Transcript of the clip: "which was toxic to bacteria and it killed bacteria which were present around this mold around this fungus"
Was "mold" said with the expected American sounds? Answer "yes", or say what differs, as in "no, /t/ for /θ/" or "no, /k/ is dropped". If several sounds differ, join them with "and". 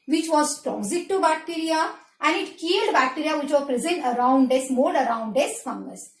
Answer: no, /l/ is dropped